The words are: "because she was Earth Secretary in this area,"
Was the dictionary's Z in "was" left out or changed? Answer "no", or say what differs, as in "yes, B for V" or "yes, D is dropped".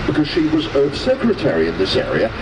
no